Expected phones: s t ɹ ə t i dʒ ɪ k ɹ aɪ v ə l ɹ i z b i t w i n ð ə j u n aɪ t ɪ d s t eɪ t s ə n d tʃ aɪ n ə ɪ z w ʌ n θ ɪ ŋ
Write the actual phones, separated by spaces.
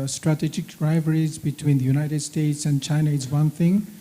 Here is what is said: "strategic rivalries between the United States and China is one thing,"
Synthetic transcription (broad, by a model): s t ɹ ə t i dʒ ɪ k ɹ aɪ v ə ɹ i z b i t w i n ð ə j u n aɪ t ɪ d s t eɪ t s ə n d tʃ aɪ n ə ɪ z w ʌ n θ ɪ ŋ